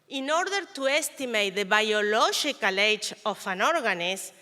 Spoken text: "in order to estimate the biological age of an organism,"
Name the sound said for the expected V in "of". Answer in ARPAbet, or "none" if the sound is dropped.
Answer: F